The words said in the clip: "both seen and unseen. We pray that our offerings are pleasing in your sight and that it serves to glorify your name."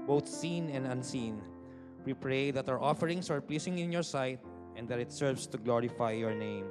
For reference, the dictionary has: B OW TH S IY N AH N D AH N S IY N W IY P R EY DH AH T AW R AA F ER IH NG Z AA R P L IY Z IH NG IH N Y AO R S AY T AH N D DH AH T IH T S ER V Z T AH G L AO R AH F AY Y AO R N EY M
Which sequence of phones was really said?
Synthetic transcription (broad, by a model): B OW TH S IY N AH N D AH N S IY N W IY P R EY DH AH T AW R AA F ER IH NG S AA R P L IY S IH NG IH N Y AO R S AY T AH N D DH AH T IH T S ER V S T AH G L AO R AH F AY Y AO R N EY M